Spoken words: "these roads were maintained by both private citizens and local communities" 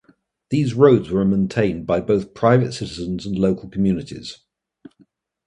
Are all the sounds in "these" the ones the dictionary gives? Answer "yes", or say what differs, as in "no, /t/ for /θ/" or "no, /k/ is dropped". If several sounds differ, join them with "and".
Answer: yes